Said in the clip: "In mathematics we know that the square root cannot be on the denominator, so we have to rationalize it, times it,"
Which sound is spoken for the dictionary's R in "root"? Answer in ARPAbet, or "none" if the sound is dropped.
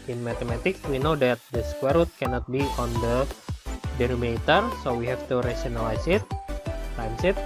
R